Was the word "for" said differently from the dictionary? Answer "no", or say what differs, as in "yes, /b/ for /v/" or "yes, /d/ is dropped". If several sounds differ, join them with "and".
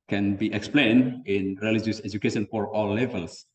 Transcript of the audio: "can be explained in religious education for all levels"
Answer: no